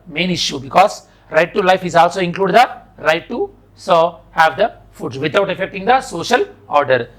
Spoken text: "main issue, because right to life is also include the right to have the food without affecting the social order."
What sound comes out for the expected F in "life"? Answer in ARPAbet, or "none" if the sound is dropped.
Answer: F